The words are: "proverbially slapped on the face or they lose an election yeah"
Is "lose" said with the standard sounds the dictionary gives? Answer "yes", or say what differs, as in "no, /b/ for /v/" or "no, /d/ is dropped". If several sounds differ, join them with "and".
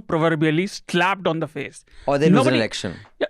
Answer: no, /n/ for /l/